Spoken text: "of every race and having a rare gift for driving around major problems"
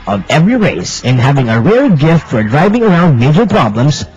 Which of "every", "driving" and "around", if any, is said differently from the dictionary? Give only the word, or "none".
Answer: none